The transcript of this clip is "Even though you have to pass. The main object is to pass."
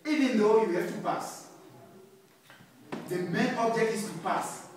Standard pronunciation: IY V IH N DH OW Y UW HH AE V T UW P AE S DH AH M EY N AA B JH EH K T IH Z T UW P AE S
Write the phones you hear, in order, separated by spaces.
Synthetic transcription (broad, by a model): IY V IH N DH OW Y UW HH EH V T UW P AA S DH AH M EY N AA B JH EH K T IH S T UW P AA S